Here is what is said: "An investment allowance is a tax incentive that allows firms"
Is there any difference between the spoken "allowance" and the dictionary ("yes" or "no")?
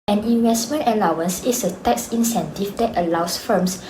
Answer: no